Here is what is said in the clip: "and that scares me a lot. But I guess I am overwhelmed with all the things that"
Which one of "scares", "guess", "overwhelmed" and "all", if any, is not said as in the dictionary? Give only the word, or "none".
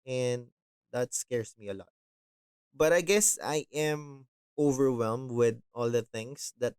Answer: scares